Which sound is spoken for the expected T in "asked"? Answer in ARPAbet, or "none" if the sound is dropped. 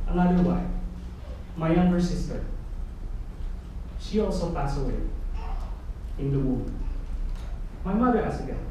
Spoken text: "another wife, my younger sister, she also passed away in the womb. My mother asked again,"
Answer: none